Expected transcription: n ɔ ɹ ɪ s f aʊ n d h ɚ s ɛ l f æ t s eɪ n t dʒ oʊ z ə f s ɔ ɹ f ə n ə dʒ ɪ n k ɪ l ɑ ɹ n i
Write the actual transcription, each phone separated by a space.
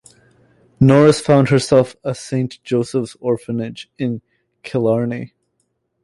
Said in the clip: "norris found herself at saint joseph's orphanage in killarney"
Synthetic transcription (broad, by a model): n ɔ ɹ ɪ s f aʊ n d h ɚ s ɛ l f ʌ s eɪ n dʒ oʊ s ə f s ɔ ɹ f ə n ə dʒ ɪ n k ɪ l ɑ ɹ n i